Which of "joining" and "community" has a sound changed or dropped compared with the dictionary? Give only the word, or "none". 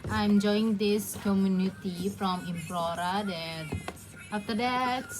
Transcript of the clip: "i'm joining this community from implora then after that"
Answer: joining